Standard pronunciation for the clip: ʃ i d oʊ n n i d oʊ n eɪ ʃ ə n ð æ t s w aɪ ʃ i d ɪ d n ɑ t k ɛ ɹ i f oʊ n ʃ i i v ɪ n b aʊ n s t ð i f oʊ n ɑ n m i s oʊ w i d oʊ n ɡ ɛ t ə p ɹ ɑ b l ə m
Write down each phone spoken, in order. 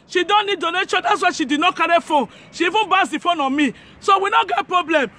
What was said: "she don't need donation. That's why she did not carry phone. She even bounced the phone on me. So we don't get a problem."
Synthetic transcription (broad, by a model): ʃ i d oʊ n n i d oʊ n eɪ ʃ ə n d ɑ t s w aɪ ʃ i d ɪ d n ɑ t k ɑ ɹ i f oʊ n ʃ i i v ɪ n b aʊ s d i f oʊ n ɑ m i s oʊ w i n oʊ ɡ ɛ t p ɹ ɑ b l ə m